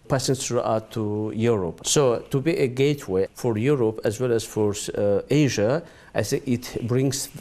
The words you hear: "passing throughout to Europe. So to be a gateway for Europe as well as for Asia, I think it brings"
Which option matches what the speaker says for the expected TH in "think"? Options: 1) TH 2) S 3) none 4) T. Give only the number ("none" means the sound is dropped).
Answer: 2